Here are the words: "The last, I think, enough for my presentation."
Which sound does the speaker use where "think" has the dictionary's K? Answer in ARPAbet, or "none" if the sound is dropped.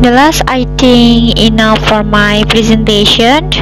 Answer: none